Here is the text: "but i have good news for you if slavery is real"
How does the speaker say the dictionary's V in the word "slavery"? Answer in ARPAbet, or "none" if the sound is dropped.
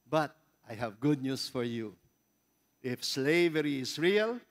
V